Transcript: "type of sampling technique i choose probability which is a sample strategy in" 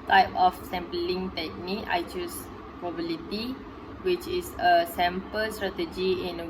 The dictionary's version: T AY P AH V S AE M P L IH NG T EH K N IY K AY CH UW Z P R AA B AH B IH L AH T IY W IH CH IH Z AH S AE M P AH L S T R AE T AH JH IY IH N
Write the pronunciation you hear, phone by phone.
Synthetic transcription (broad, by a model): T AY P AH F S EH M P L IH NG T EH K N IY K AY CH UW S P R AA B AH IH L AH T IY W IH CH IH S AH S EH M P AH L S T R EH T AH JH IY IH N